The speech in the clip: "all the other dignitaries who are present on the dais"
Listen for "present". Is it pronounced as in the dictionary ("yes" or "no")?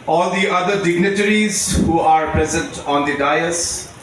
yes